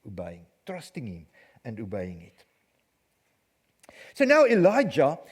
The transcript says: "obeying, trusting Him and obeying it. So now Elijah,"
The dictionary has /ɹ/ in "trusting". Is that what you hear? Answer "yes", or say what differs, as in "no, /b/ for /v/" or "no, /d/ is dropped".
yes